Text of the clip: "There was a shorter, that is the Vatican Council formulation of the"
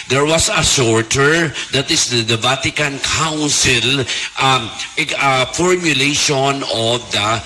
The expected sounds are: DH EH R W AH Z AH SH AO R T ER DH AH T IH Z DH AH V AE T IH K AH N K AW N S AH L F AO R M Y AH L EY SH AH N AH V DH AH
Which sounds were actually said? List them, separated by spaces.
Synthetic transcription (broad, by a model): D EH R W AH S AH S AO R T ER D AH T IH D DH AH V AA T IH K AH N K AW N S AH L F AO R M Y AH L EY SH AH N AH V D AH